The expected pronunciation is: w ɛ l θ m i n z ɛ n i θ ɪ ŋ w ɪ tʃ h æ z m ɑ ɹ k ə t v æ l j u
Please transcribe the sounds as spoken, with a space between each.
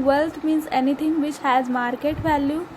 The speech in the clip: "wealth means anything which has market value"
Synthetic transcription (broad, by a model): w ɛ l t m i n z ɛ n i t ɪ ŋ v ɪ tʃ h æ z m ɑ ɹ k ə t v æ l j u